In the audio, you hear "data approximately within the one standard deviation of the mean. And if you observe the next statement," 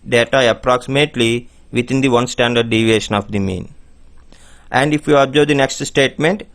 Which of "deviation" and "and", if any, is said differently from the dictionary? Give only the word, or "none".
none